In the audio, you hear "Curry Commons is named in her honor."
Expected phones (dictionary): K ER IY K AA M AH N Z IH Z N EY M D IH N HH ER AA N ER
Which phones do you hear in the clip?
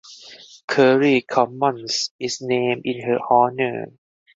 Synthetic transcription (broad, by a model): K ER IY K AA M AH N S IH S N EY M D IH N HH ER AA N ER